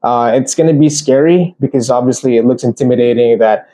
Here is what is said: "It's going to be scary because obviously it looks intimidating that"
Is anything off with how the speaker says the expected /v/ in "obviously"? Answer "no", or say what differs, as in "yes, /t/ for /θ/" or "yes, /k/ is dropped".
no